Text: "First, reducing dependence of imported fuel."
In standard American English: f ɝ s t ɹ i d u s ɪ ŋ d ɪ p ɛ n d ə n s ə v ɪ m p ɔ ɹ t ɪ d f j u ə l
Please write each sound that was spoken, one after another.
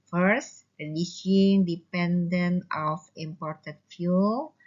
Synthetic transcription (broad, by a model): f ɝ s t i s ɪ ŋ d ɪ p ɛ n d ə n ə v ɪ m p ɔ ɹ t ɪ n f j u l